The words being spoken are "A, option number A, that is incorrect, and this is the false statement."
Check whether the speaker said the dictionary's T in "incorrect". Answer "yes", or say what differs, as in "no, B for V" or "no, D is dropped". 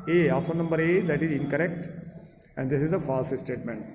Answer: yes